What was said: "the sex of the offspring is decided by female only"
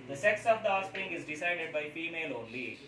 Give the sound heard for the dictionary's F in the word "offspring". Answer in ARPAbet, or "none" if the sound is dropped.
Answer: none